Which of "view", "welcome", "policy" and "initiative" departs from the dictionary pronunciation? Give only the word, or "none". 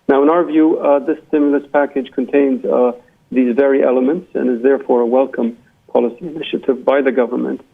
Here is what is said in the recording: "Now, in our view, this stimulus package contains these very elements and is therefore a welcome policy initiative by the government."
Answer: none